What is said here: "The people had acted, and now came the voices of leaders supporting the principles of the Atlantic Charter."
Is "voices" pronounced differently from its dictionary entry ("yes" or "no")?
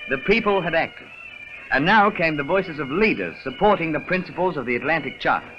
no